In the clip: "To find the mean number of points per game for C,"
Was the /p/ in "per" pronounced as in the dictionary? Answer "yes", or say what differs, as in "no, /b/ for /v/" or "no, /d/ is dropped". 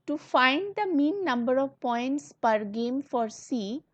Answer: yes